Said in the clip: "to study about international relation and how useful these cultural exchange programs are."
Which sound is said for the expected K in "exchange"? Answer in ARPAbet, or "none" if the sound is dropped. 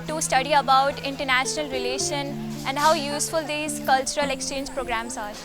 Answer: K